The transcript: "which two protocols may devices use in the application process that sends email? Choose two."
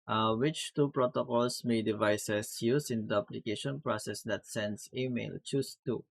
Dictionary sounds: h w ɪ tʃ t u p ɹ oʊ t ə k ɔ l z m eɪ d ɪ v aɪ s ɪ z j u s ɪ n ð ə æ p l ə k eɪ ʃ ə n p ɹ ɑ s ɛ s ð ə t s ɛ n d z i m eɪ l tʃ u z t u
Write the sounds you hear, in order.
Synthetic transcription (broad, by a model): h w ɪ tʃ t u p ɹ oʊ t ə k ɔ l s m eɪ d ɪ v aɪ s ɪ s j u s ɪ n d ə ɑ p l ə k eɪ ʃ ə n p ɹ ɑ s ɛ s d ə t s ɛ n d s i m eɪ l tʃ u s t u